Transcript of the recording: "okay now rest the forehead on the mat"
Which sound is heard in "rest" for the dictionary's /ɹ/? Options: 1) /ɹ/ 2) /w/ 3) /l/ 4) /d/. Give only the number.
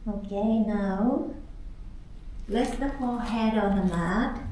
3